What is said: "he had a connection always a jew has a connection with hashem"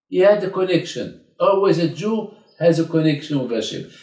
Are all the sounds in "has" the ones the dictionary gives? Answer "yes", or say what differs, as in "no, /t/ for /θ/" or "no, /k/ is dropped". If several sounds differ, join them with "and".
yes